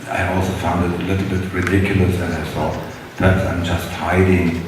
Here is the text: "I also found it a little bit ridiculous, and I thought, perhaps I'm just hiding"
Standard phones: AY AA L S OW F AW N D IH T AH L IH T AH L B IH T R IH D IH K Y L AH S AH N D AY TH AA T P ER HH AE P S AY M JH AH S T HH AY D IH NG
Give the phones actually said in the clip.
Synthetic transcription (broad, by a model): AY AA L S OW F AW N D IH T AH L IH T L B IH T R IH D IH K Y L AH S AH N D AY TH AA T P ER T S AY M JH AH S T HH AY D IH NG